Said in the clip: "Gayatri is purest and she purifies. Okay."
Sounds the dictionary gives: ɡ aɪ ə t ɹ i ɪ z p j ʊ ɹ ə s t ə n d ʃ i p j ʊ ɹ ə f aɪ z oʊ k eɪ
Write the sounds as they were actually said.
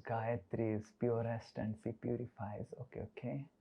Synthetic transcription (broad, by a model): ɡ aɪ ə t ɹ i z p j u ɹ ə s t ə n d s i p j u ɹ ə f aɪ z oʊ k eɪ